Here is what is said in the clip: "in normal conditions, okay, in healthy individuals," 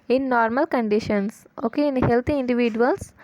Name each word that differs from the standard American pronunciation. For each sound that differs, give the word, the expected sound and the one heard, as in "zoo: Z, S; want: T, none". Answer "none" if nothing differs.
conditions: Z, S; healthy: TH, T